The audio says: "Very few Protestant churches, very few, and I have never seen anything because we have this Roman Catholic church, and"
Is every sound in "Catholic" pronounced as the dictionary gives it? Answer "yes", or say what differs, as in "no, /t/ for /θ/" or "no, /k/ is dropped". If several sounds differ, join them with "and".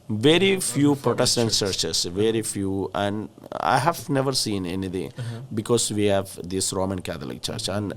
no, /t/ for /θ/